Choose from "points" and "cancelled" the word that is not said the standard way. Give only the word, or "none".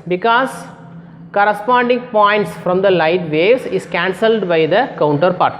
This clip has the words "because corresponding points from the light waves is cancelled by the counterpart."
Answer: none